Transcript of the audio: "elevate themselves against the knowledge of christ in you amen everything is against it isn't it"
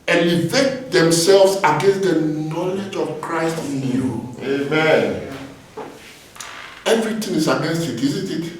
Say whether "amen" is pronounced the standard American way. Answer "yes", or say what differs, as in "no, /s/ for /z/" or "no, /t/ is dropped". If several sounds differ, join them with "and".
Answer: yes